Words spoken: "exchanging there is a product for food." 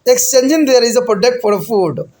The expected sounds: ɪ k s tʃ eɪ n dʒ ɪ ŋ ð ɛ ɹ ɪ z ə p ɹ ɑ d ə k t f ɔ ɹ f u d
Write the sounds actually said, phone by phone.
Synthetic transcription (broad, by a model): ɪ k s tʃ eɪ n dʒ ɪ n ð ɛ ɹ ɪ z ə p ɑ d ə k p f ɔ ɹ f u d